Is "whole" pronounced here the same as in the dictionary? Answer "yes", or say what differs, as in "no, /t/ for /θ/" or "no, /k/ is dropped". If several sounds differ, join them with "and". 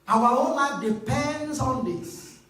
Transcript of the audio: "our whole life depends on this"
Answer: no, /n/ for /l/